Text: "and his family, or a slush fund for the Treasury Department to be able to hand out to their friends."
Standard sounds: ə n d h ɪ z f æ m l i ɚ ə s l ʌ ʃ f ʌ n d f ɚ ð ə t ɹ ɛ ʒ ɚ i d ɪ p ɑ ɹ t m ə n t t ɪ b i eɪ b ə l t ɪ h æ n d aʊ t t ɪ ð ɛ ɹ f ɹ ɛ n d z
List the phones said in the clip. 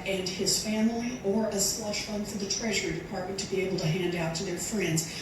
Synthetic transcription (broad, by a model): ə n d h ɪ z f æ m l i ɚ ə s l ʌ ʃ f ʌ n f ɚ ð ə t ɹ ɛ ʒ ɚ i d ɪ p ɑ ɹ t m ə n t t ɪ b i eɪ b l t ɪ h æ n d aʊ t t ɪ ð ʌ ɹ f ɹ ɛ n d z